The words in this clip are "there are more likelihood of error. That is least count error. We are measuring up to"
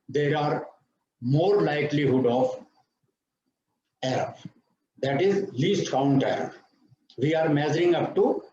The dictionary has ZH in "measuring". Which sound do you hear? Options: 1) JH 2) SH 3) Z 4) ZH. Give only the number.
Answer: 3